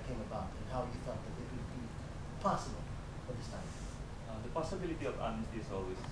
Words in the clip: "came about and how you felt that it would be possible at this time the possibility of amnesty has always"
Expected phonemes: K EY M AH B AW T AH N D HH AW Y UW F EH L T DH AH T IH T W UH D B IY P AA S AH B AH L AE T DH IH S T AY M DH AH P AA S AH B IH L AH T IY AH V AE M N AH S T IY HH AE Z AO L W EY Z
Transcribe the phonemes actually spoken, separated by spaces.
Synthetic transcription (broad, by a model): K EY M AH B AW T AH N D HH AW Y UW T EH T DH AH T IH T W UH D B IY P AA S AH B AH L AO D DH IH S T AY M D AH P AA S AH B IH L AH T IY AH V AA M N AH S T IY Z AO L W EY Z